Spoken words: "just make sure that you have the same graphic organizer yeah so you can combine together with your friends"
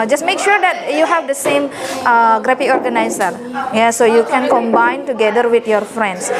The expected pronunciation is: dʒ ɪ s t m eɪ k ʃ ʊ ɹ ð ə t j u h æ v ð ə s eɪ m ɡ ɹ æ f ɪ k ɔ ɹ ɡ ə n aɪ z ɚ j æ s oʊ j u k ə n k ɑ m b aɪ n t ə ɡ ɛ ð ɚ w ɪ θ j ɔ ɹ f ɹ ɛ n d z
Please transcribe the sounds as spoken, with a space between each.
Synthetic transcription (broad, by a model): dʒ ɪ s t m eɪ k ʃ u ɹ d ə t j u h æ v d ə s eɪ m ɡ ɹ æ p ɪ ɔ ɹ ɡ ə n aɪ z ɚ j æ s oʊ j u k ə n k ɑ m b aɪ n t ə ɡ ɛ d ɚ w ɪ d j ɔ ɹ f ɹ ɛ n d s